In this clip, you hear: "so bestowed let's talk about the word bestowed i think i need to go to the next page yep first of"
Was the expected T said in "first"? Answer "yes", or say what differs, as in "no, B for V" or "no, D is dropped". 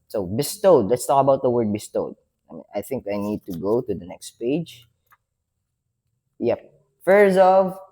no, T is dropped